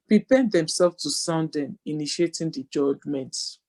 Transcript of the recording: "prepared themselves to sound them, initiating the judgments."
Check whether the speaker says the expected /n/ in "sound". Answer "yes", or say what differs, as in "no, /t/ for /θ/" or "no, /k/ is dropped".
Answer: yes